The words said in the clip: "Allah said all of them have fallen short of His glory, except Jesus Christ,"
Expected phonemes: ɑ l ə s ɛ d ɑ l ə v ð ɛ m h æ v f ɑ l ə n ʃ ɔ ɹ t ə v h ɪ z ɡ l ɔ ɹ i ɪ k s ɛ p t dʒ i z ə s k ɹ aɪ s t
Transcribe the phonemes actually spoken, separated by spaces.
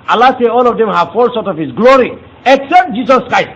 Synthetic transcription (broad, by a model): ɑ l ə s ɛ ɑ l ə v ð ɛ m h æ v f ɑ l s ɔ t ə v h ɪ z ɡ l ɔ ɹ i ɪ k s ɛ p t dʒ i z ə s k ɹ aɪ s t